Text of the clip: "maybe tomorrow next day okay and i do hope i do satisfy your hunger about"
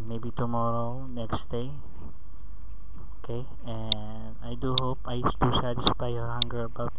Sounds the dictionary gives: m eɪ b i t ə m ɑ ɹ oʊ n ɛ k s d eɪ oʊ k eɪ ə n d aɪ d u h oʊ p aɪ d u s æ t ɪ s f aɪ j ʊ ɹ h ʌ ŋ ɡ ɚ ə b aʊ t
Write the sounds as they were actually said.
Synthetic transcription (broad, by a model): m eɪ b i t ə m ɑ ɹ oʊ n ɛ k s d eɪ oʊ k eɪ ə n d aɪ d u h oʊ p aɪ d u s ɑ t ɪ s p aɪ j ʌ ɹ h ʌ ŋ ɡ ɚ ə b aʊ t